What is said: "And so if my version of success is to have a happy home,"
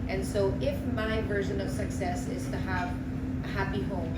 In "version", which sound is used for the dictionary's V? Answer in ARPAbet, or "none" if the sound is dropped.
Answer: V